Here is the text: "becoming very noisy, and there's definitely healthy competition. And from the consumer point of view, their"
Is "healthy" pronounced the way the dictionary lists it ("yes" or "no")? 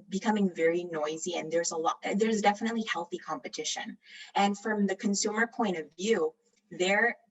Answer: yes